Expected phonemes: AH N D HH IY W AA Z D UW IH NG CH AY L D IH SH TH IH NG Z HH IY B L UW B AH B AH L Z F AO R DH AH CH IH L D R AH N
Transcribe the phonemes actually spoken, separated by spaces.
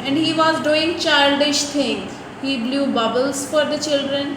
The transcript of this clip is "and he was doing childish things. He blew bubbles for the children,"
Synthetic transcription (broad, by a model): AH N D HH IY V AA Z D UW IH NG CH AY L D IH SH T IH NG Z HH IY B L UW B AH B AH L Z F AO R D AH CH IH L D R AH N